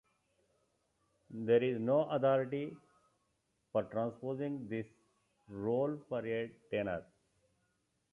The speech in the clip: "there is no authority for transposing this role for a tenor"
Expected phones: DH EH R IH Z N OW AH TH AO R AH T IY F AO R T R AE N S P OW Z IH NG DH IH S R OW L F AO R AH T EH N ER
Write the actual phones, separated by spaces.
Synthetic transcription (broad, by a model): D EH R IH Z N OW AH T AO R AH T IY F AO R T R AE N S P OW Z IH NG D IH S R OW L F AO R AH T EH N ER